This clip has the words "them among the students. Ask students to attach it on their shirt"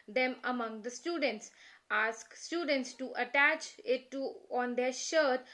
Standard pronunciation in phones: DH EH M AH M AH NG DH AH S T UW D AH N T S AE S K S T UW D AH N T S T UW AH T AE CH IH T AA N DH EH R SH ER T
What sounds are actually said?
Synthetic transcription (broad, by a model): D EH M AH M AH NG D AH S T UW D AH N T S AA S K S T UW D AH N T S T UW AH T AE CH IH T AA N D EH R SH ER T